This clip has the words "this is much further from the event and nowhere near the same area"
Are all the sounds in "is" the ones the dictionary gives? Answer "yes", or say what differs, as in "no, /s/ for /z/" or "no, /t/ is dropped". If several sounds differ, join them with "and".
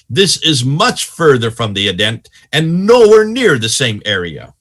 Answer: yes